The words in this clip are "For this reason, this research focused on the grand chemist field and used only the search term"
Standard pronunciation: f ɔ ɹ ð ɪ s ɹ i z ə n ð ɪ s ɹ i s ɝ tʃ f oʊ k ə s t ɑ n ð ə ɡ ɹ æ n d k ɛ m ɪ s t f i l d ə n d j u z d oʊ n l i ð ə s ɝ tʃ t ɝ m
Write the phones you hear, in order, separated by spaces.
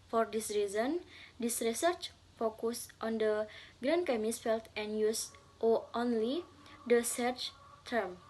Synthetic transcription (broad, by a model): f ɔ ɹ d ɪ s ɹ i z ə n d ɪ s ɹ i s ɝ tʃ f oʊ k ə s t ɑ n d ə ɡ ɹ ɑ n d k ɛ m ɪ s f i l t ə n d j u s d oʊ n l i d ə s ɝ tʃ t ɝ m